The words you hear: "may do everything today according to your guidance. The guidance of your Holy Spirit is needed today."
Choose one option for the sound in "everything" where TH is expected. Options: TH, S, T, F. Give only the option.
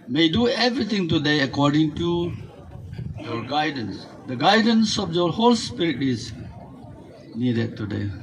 T